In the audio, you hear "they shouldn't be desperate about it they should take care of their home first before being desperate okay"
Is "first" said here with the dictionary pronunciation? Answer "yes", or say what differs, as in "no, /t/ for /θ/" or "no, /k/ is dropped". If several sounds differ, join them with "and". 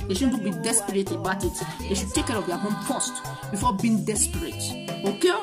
no, /p/ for /f/